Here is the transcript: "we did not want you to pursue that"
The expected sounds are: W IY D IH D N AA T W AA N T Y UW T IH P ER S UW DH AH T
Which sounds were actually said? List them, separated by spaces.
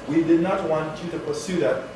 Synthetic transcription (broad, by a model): W IY D IH D N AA T W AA N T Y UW T IH P ER S UW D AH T